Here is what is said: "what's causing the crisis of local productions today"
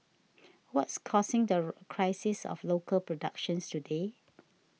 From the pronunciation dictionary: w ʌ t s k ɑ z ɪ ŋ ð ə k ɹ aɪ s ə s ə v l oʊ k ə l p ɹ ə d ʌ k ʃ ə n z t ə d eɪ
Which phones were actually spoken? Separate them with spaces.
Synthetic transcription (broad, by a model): w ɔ t s k ɑ s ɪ ŋ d ə k ɹ aɪ s ə s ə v l oʊ k ə l p ɹ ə d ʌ k ʃ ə n s t ə d eɪ